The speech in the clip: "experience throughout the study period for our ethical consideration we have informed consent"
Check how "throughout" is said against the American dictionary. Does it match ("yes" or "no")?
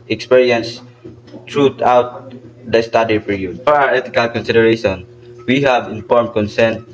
no